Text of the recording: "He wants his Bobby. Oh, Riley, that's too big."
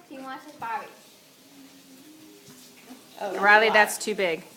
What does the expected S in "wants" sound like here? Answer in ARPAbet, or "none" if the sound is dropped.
none